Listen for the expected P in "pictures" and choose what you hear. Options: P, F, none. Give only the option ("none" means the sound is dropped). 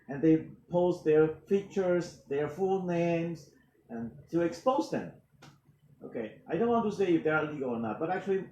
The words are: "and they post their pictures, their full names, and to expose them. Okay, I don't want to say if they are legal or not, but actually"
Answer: F